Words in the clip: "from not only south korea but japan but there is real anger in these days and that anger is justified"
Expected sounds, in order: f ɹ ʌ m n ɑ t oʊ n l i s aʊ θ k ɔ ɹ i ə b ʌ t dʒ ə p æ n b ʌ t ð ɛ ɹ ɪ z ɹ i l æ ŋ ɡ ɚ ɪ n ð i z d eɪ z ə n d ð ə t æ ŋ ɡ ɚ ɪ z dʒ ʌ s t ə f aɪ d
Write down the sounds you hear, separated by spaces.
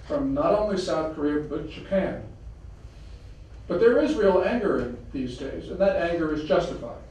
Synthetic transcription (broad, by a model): f ɹ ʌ m n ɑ t oʊ n l i s aʊ θ k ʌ ɹ i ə b ʌ t dʒ ə p æ n b ʌ t ð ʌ ɹ ɪ z ɹ i l æ ŋ ɡ ɚ ɪ n ð i z d eɪ z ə n ð ə t æ ŋ ɡ ɚ ɪ z dʒ ʌ s t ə f aɪ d